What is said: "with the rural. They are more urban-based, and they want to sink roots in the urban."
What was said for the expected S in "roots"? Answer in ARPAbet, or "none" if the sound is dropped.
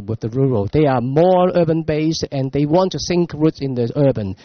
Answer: S